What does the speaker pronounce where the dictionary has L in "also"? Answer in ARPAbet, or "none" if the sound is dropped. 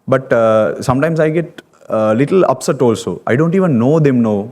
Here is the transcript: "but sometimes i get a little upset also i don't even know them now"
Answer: L